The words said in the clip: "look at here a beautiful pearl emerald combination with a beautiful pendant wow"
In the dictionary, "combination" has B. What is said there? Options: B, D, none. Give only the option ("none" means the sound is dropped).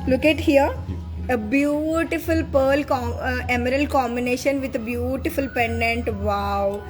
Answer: B